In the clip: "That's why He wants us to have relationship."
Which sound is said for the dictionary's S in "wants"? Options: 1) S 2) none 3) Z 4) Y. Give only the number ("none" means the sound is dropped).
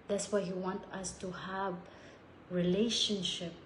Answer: 2